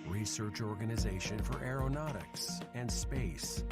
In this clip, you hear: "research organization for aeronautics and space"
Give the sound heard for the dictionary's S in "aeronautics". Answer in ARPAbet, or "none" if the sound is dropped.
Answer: S